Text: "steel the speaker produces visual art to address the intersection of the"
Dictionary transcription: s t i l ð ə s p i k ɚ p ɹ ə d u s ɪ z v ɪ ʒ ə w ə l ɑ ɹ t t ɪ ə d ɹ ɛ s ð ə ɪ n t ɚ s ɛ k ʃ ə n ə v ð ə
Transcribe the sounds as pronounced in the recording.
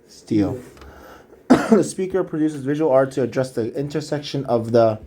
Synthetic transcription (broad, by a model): s t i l ð ə s p i k ɚ p ɹ ə d u s ɪ z v ɪ ʒ ə w ə l ɑ ɹ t t ɪ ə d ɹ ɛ s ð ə ɪ n t ɚ s ɛ k ʃ ə n ə v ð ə